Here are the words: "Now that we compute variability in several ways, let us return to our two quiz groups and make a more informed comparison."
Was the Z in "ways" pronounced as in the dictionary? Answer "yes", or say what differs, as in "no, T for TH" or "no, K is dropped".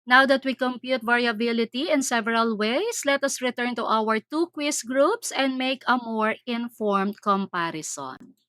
no, S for Z